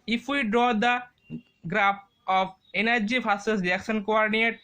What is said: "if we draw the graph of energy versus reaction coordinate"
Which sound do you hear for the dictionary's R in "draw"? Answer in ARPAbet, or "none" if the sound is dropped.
R